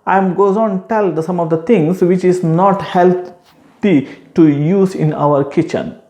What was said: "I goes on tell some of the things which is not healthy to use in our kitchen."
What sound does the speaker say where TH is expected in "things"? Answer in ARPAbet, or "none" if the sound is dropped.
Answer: T